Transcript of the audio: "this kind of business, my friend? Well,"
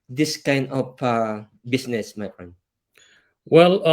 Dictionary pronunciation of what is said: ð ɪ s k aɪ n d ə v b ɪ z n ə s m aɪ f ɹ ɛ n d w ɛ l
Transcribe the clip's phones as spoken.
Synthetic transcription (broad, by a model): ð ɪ s k aɪ n d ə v b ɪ s n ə s m aɪ f ɹ ɛ n d w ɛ l